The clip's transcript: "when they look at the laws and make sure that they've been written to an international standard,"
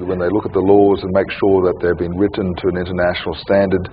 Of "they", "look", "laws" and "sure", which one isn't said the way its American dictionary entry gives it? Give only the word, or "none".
none